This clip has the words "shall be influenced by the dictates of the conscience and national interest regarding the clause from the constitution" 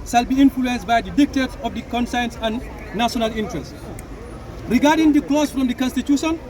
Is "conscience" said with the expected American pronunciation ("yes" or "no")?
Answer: no